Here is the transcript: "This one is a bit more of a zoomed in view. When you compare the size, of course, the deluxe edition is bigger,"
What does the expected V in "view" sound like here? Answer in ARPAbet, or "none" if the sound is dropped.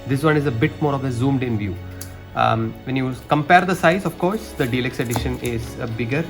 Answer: V